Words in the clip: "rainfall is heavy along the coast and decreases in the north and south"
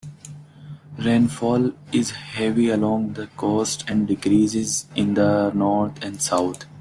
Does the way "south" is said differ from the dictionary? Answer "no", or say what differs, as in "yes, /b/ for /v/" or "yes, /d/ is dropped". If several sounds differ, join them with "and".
yes, /t/ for /θ/